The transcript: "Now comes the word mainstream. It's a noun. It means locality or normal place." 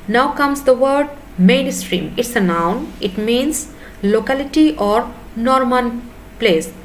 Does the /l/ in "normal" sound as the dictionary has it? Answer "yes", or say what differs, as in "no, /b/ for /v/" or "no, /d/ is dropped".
no, /n/ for /l/